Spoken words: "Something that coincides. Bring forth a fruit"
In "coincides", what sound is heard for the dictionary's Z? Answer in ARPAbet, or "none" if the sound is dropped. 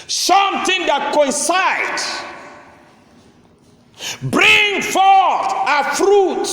none